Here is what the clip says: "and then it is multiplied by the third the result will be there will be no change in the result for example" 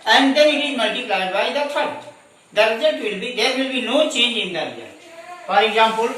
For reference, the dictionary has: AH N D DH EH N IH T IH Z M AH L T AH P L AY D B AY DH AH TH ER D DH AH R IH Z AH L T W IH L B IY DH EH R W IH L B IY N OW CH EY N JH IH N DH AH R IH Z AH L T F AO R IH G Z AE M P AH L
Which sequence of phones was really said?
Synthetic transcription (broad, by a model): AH N D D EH N IH T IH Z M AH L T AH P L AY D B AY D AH F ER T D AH R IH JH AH T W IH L B IY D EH R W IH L B IY N OW CH EY N JH IH N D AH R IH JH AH T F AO R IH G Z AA M P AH L